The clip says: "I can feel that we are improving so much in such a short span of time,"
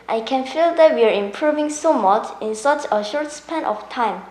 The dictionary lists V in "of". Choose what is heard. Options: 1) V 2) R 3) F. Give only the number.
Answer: 3